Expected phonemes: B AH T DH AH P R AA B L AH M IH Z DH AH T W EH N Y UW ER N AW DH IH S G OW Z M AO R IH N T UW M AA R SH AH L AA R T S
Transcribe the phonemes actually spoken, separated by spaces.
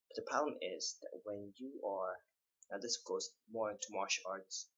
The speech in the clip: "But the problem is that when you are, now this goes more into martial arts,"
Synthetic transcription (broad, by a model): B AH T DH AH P AA L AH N IH Z DH AH T W EH N Y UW ER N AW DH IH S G OW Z M AO R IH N T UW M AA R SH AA R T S